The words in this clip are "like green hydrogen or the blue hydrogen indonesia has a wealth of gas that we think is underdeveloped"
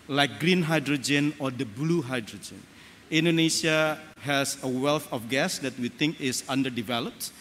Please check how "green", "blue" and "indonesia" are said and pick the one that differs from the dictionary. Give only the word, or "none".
indonesia